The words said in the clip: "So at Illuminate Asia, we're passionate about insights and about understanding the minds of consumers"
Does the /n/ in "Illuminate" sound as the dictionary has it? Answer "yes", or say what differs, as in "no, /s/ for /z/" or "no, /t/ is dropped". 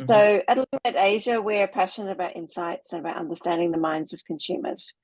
no, /n/ is dropped